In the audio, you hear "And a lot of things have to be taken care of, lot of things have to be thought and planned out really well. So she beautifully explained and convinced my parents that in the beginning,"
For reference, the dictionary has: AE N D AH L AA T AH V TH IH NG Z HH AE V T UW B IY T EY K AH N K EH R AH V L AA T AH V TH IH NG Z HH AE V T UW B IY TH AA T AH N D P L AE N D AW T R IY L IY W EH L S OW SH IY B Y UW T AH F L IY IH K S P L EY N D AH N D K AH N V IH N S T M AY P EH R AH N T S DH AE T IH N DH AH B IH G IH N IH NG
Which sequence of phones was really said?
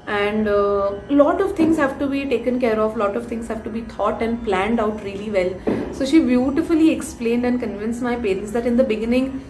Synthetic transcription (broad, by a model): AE N D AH L AA T AH V T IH NG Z HH AE V T UW B IY T EY K AH N K EH R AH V L AA T AH V T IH NG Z HH AE V T UW B IY T AA T AH N D P L AE N D AW T R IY L IY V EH L S OW SH IY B Y UW T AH F L IY IH K S P L EY N D AH N D K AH N V IH N S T M AY P EH R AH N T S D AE T IH N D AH B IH G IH N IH NG